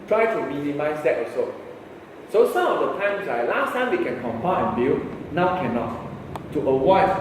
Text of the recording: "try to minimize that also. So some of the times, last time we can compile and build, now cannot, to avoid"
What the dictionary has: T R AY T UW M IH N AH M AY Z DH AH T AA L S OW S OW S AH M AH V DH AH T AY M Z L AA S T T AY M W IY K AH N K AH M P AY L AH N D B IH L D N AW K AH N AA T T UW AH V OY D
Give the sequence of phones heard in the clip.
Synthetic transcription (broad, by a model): T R AY T UW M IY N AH M AY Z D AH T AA S OW S OW S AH M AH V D AH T AY M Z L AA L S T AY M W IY K AH N K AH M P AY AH N B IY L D N AW K AH N AA T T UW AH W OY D